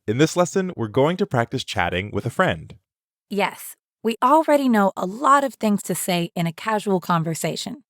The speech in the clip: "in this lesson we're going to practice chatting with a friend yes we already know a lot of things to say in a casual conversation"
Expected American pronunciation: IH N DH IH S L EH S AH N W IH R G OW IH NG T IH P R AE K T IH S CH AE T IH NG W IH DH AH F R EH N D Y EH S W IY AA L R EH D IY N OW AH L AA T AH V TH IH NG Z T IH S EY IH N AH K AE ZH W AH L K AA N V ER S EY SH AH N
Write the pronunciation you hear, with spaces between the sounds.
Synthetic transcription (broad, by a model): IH N DH IH S L EH S AH N W IH R G OW IH NG T IH P R AE K T IH S CH AE T IH NG W IH DH AH F R EH N D Y EH S W IY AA L R EH D IY N OW AH L AA T AH V TH IH NG Z T IH S EY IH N AH K AE ZH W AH L K AA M V ER S EY SH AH N